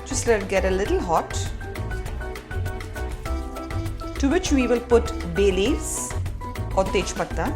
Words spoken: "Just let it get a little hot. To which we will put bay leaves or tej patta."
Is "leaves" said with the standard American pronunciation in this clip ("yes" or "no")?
no